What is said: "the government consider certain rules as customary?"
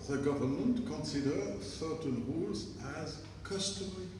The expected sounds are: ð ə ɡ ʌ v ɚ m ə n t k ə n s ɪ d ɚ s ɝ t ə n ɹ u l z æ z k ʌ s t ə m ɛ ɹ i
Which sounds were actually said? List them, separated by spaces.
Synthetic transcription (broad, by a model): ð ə ɡ ʌ v ɚ m ə n t k ə n s ɪ d ɚ s ɝ t ə n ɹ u l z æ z k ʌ s t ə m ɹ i